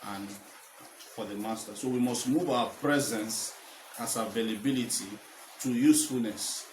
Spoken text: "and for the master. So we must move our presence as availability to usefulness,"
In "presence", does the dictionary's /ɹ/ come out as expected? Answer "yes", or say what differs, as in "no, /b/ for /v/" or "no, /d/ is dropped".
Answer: yes